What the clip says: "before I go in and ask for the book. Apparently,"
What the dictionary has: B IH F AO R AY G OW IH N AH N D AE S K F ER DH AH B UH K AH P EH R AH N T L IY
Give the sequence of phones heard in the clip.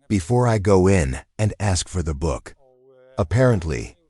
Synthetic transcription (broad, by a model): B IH F AO R AY G OW IH N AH N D AE S K F ER DH AH B UH K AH P EH R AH N T L IY